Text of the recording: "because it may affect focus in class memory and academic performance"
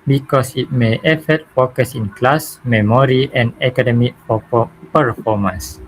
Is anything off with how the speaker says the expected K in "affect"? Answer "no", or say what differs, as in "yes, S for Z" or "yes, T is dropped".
yes, K is dropped